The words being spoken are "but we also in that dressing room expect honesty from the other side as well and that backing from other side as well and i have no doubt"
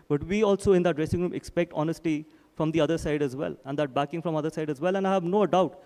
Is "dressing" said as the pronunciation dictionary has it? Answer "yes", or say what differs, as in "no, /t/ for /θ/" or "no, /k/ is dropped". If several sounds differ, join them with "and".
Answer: yes